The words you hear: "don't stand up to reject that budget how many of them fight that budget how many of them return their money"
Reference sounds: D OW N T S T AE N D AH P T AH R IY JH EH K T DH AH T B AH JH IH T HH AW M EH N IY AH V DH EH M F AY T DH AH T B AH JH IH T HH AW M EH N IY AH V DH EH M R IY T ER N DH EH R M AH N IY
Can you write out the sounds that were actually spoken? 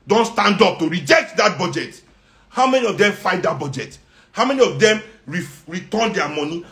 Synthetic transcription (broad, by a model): D OW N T S T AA N D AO P T AH R IY JH EH K T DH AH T B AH JH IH T HH AW M EH N IY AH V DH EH M F AY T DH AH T B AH JH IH T HH AW M EH N IY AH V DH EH M R IY T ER N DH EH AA M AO N IY